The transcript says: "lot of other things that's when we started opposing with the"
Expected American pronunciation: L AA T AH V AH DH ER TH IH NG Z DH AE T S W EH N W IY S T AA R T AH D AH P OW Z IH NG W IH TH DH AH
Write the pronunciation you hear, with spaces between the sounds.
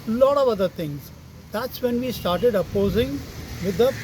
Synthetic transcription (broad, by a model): L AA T AH V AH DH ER T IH NG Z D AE T S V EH N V IY S T AA R T AH D AH P OW Z IH NG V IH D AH